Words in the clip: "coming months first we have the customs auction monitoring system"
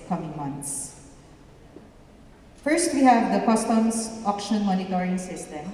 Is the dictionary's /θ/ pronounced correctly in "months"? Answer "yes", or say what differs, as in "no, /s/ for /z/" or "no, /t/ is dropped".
no, /t/ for /θ/